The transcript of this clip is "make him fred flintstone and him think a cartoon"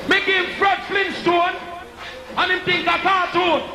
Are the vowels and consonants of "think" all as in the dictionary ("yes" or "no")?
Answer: no